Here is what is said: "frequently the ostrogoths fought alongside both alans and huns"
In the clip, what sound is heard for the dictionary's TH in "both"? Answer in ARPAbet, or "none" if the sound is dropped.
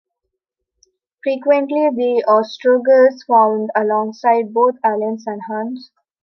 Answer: T